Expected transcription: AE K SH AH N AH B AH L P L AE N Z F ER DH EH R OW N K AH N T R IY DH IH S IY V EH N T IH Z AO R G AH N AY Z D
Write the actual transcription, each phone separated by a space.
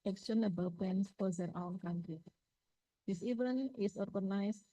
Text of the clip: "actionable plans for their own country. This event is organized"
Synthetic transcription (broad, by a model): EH K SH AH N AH B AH L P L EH N S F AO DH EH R OW N K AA N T R IY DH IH S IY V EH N IH S AO R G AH N AY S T